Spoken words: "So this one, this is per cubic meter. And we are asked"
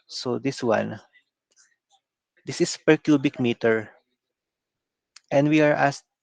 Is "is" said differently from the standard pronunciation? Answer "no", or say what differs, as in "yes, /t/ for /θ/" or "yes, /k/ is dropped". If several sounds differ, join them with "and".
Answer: yes, /s/ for /z/